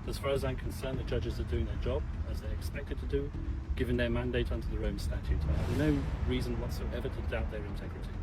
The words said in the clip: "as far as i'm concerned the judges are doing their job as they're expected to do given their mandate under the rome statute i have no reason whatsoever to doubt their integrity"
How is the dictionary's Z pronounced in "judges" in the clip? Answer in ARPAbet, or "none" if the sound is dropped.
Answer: Z